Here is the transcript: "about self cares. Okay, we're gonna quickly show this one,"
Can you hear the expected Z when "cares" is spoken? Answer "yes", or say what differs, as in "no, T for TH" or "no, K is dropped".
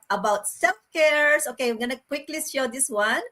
no, S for Z